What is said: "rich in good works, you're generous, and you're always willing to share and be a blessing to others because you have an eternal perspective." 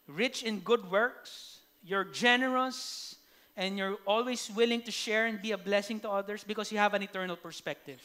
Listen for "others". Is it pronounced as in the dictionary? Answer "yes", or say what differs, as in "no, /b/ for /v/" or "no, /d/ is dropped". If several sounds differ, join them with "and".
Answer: no, /s/ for /z/